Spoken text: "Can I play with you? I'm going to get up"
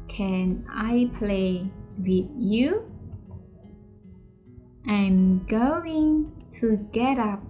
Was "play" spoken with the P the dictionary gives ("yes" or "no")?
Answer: yes